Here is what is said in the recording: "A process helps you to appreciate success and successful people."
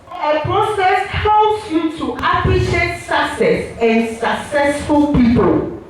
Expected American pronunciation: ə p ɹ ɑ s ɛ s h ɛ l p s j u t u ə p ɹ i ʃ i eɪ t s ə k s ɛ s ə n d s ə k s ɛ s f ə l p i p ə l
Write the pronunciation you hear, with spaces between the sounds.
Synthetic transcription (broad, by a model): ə p ɹ ɑ s ɛ s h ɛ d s j u t u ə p l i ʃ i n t s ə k s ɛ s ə n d s ə k s ɛ s f ə l p i p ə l